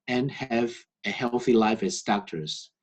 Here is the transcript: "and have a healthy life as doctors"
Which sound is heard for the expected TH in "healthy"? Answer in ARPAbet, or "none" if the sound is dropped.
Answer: TH